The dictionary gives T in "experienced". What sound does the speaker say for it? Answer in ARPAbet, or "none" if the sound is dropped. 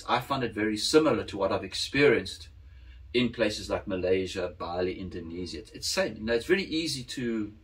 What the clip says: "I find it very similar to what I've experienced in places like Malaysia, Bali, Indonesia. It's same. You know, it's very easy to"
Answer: T